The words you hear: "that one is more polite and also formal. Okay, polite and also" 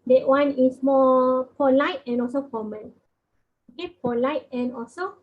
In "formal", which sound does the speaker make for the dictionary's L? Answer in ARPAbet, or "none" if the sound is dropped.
N